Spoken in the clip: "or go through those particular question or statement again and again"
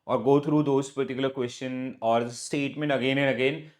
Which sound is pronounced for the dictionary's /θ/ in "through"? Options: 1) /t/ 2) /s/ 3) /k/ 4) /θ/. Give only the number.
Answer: 1